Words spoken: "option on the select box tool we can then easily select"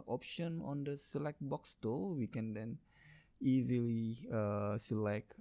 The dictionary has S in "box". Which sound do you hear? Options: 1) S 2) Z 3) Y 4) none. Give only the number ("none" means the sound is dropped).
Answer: 1